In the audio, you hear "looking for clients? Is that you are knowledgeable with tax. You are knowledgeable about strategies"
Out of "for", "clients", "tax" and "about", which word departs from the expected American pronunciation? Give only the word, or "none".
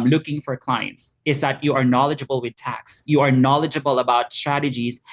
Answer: none